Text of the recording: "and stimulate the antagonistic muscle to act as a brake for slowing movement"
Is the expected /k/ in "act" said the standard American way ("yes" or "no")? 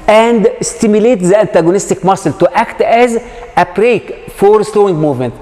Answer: yes